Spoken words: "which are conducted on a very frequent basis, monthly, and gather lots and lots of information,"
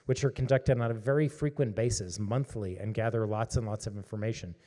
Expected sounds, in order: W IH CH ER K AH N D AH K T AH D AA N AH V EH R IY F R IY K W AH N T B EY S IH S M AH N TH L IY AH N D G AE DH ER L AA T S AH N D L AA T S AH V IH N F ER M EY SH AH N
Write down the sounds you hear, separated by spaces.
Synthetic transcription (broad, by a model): W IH CH ER K N D AH K T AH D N AH V EH R IY F R IY K W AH N B EY S IH S M AH N TH L IY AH N G AE DH ER L AA T S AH N L AA T S AH V IH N F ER M EY SH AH N